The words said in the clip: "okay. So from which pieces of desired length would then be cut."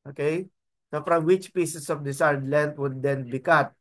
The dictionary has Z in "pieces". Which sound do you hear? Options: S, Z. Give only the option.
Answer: S